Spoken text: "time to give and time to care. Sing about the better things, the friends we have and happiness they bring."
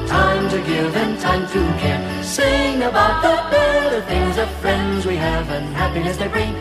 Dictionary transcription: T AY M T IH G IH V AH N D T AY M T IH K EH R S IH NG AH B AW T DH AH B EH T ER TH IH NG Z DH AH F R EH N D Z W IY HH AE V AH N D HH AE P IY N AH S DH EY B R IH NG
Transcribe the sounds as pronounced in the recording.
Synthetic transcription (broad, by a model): T AY M T IH G IH V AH N T AY M T IH K EH R S IH NG AH B AW T DH AH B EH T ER TH IH NG Z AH F R EH N D Z W IY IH V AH N HH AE P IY AH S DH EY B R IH